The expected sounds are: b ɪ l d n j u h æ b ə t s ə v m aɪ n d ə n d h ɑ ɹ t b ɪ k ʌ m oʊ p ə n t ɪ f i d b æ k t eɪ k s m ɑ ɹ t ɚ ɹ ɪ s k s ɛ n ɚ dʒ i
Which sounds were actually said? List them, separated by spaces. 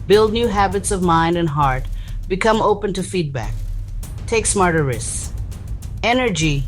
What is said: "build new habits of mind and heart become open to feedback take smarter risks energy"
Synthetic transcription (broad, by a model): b ɪ l d n j u h æ b ə t s ə v m aɪ n d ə n h ɑ ɹ t b ɪ k ʌ m oʊ p ə n t ɪ f i d b æ k t eɪ k s m ɑ ɹ t ɚ ɹ ɪ s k s ɛ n ɚ dʒ i